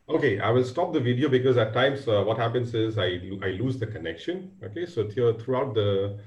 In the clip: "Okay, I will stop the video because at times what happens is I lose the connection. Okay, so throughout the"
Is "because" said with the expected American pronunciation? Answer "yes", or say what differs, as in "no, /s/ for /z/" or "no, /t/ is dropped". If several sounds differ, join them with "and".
yes